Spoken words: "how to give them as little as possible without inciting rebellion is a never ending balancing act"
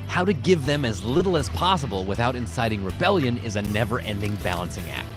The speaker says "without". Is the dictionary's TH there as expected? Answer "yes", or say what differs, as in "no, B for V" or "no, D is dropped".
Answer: yes